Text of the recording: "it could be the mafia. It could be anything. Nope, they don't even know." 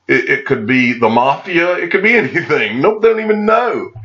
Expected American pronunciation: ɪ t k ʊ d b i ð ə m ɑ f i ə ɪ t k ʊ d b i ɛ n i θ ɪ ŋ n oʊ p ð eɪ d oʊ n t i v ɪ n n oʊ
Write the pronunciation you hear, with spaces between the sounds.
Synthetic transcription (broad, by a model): ɪ t k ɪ d b i ð ə m ɑ f i ə ɪ t k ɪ d b i ɛ n i θ ɪ ŋ n oʊ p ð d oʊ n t i v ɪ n n oʊ